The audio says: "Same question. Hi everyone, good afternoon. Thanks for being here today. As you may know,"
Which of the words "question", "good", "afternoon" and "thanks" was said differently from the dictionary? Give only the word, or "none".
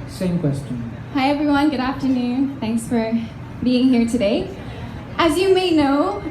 none